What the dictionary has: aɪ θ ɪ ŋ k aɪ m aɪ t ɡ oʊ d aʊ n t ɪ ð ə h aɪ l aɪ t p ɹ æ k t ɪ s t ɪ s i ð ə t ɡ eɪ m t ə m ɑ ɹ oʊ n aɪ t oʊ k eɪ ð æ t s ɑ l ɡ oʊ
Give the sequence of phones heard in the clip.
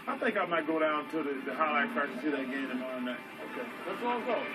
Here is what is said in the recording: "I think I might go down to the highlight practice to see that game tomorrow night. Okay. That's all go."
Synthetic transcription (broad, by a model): aɪ θ ɪ ŋ k aɪ m aɪ t ɡ oʊ d aʊ n t ɪ ð ə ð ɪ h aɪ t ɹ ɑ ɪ t ɪ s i ð ə t ɡ eɪ m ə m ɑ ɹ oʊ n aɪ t oʊ k eɪ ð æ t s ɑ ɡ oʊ